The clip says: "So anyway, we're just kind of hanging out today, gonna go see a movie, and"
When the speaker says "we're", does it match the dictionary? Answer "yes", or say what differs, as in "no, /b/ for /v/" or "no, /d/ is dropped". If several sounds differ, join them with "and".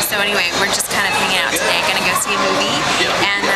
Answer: yes